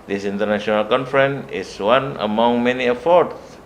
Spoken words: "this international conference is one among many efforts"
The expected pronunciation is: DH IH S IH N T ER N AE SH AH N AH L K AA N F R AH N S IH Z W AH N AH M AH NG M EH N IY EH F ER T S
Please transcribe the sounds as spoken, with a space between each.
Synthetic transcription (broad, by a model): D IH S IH N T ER N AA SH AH N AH L K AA N F R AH N IH S W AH N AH M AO NG M EH N IY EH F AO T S